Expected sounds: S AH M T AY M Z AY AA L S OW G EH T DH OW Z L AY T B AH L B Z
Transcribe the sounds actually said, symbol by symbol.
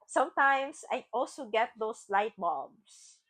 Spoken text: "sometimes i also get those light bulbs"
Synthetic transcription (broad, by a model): S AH M T AY M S AY AA L S OW G EH T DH OW S L AY T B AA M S